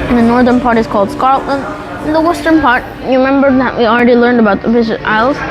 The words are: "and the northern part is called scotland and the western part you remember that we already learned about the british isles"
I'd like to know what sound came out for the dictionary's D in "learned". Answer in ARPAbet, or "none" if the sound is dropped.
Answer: D